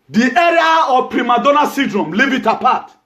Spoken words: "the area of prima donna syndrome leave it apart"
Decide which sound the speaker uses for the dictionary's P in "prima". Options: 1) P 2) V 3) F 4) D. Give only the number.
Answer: 1